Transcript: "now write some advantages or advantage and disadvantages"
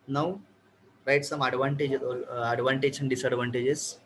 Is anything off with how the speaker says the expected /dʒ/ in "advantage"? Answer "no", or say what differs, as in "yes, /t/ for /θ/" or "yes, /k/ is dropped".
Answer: yes, /ʃ/ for /dʒ/